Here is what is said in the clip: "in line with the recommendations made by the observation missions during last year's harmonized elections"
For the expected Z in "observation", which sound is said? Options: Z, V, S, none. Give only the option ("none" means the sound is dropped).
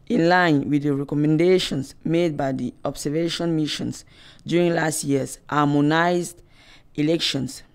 S